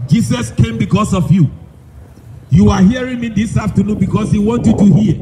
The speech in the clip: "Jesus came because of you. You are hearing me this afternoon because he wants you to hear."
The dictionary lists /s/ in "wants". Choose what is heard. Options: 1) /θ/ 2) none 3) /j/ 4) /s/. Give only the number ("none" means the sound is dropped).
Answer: 2